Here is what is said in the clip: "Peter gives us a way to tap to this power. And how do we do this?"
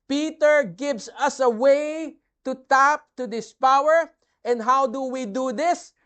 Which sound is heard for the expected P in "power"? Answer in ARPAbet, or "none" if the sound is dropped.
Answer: P